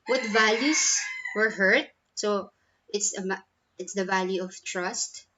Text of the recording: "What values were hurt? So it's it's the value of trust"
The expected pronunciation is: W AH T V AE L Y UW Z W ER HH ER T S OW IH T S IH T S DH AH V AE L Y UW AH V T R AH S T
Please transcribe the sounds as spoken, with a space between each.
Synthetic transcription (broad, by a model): W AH T V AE L Y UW S W ER HH ER T S OW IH T S IH T S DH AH V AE L Y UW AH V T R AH S T